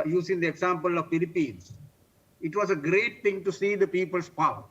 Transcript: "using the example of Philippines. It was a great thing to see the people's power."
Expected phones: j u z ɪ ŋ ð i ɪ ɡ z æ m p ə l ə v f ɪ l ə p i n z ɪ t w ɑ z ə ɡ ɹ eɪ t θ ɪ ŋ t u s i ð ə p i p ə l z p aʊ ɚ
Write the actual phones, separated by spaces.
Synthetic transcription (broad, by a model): j u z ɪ ŋ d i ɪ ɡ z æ m p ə l ə v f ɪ l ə p i n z ɪ t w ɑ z ə ɡ ɹ eɪ t t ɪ ŋ t u s i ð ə p i p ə l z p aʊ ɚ